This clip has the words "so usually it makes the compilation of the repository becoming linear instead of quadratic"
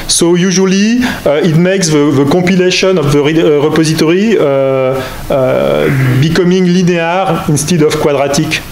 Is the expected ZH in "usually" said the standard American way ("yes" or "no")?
yes